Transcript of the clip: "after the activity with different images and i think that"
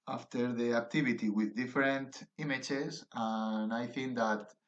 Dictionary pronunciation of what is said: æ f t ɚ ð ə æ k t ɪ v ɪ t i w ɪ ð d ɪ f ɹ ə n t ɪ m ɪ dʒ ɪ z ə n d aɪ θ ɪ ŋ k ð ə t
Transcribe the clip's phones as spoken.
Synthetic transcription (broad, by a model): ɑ f t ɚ ð ə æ k t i b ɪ t i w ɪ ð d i f ɹ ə n t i m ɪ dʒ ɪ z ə n aɪ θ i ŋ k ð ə t